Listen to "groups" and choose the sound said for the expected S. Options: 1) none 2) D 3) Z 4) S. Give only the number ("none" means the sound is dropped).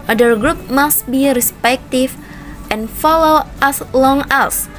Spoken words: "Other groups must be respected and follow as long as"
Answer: 1